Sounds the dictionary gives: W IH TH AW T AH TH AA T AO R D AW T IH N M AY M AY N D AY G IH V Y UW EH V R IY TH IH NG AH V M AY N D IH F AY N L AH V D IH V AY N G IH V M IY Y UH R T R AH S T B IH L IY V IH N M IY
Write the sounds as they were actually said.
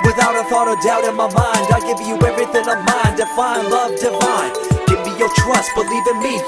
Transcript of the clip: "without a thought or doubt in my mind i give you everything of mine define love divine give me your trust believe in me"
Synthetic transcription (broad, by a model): W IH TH AW T AH TH AA T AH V D AW T IH N M AY M AY N D AY G IH V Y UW EH V R IY TH IH NG AH V M AY N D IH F AY N L AH V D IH F AY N G IH V M IY Y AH R T R AH S T B IH L IY V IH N M IY